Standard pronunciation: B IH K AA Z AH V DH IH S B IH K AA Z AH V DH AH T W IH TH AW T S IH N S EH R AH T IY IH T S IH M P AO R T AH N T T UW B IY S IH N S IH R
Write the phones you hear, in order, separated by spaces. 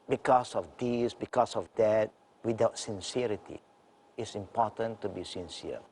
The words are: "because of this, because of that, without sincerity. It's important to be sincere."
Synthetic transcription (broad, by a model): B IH K AA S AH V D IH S B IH K AA S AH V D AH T W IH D AW T S IH N S EH R AH T IY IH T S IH M P AO T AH N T T UW B IY S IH N S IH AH